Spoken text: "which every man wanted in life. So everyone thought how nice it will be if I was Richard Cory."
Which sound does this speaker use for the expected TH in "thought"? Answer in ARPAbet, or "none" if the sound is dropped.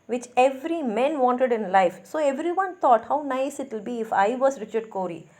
T